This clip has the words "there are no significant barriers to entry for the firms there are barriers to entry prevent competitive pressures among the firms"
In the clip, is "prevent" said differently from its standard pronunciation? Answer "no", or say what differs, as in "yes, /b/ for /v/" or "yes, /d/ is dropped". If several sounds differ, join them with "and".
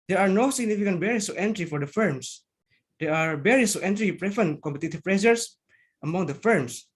yes, /f/ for /v/